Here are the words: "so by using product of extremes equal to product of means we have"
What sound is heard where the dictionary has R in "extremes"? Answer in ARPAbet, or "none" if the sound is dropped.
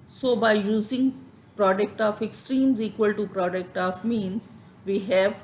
R